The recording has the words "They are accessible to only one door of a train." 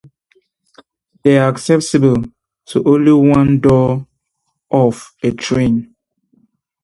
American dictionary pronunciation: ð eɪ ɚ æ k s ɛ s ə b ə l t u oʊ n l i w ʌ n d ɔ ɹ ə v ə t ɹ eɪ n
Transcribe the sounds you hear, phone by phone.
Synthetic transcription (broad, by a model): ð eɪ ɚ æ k s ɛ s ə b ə l t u oʊ n l i w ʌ n d ɔ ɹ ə f ə t ɹ eɪ n